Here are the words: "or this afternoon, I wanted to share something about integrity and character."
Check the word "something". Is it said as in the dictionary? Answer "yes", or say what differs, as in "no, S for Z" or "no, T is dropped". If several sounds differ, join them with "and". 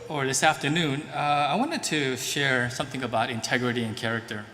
yes